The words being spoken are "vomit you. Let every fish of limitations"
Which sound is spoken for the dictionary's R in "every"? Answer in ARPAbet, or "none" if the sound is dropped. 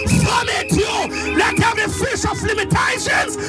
none